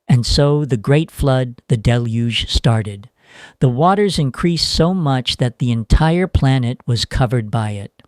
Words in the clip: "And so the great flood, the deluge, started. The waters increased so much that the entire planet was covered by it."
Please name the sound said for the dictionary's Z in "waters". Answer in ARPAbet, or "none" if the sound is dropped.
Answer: Z